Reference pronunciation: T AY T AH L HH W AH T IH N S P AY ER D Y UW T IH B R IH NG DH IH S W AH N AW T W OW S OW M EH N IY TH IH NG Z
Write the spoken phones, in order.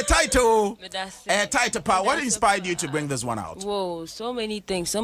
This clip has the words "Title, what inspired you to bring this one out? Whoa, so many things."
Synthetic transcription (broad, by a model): T AY T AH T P W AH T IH N S P AY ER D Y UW T IH B R IH NG DH IH S W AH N AW T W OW S OW M EH N IY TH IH NG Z